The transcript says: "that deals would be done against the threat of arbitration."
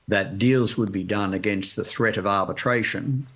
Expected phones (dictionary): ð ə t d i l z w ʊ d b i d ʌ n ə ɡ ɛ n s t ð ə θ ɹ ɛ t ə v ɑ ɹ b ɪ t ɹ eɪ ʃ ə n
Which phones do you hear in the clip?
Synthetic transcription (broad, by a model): ð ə t d i l z w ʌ d b i d ʌ n ə ɡ ɛ n s t ð ə θ ɹ ɛ t ə v ɑ ɹ b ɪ t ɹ eɪ ʃ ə n